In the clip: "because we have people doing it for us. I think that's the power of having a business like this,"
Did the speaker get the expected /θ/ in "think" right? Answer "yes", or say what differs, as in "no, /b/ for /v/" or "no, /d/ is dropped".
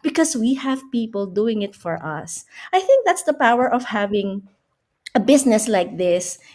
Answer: yes